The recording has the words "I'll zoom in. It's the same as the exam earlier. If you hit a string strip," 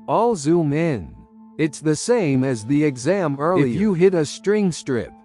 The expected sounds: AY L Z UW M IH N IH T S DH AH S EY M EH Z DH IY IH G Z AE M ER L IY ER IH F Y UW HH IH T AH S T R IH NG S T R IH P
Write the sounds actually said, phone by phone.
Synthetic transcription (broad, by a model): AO L Z UW M IH N IH T S DH AH S EY M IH Z DH IY IH G Z AE M ER L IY IH F Y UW HH IH T AH S T R IH NG S T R IH P